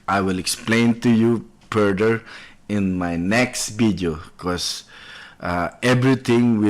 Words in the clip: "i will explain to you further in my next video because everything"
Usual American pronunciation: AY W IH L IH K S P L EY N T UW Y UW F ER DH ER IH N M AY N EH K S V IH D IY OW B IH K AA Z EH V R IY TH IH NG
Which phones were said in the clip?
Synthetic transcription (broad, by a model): AY W IH L IH K S P L EY N T UW Y UW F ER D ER IH N M AY N EH K S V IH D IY OW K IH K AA EH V R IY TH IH NG